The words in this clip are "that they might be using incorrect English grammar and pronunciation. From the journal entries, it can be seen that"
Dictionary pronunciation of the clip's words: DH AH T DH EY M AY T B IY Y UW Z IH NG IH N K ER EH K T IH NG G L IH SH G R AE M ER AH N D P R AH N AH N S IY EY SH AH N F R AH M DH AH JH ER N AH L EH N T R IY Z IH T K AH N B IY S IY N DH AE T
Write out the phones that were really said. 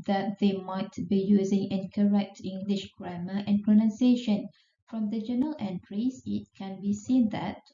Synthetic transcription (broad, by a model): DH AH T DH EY M AY T B IY Y UW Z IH NG IH N K ER EH K T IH NG G L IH SH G R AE M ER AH N P R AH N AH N S EY SH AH N F R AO M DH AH JH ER N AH L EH N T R IY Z IH T K AH N B IY S IY N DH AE T